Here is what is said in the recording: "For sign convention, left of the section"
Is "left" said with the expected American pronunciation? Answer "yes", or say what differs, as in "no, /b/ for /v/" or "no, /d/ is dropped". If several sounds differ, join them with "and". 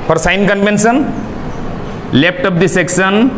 no, /p/ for /f/